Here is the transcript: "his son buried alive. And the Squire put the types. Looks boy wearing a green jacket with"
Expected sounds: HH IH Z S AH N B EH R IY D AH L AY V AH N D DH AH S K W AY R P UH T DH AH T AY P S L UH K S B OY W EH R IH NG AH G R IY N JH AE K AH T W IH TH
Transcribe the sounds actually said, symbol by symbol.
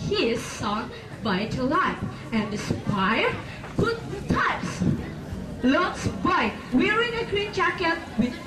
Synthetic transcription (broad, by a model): HH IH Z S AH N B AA IY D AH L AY P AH N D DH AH S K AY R P UH T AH T AY P S L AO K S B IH W EH R IH NG AH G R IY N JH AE K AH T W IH